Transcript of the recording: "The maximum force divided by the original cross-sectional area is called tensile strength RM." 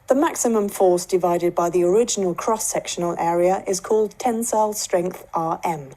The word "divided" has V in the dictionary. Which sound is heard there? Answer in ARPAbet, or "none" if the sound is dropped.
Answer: V